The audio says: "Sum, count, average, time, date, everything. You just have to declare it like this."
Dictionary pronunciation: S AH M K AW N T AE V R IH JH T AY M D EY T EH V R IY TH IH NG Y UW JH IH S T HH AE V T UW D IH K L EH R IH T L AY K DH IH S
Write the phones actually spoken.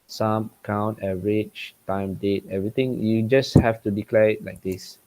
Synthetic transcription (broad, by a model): S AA M K AW N T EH R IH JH T AY M D EY T EH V R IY T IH NG Y UW JH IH S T HH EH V T UW D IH K L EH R IH T L AY K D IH S